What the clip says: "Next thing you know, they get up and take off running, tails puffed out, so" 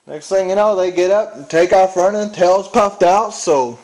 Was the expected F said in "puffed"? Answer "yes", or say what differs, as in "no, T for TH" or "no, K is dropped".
yes